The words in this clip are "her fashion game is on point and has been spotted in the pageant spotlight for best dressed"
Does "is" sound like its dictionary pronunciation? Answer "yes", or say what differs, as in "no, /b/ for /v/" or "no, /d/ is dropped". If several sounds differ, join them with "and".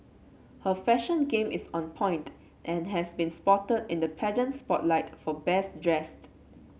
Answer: no, /s/ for /z/